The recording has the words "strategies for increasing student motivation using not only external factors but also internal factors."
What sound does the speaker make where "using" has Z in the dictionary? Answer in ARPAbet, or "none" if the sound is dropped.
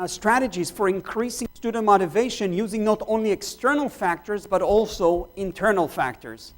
Z